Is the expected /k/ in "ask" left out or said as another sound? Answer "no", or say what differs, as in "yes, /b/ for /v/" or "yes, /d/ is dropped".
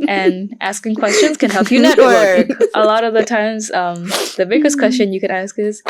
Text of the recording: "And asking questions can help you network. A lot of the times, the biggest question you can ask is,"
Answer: no